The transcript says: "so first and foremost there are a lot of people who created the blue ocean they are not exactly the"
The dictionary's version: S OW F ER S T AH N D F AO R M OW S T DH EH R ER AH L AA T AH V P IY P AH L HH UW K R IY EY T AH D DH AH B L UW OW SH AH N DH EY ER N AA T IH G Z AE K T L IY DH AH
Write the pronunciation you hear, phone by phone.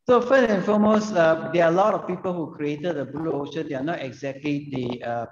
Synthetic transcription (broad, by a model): S OW F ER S AH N F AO M OW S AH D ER AH L AA T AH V P IY P AH L HH UW K R IY EY T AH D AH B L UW OW SH AH N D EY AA N AA T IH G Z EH K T L IY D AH